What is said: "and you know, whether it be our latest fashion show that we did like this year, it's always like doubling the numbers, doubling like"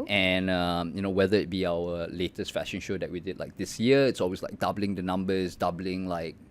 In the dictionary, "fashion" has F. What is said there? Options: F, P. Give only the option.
F